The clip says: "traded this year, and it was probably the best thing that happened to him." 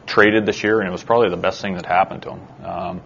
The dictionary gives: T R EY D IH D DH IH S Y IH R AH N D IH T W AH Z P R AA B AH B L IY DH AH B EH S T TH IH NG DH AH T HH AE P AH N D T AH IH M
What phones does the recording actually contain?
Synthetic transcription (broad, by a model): T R EY D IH D DH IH SH Y IH R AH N IH T W AH Z P R AA B AH B L IY DH AH B EH S T TH IH NG DH AH T HH AE P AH N T AH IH M